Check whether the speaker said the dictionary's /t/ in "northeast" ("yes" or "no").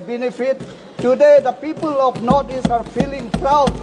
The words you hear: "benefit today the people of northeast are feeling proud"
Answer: no